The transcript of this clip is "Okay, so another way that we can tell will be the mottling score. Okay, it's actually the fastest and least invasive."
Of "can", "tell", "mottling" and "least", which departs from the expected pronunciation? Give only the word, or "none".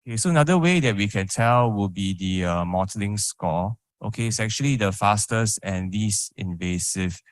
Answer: least